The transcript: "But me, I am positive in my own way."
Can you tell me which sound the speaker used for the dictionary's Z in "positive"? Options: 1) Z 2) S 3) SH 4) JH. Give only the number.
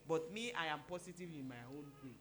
2